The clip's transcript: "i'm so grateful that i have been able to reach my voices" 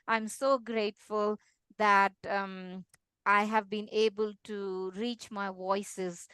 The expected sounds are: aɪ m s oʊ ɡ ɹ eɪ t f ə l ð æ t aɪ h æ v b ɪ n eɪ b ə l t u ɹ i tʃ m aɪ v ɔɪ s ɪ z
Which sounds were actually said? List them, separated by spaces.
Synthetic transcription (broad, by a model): aɪ m s oʊ ɡ ɹ eɪ t f ə l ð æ t aɪ h æ v b ɪ n eɪ b ə l t u ɹ i tʃ m aɪ v ɔɪ s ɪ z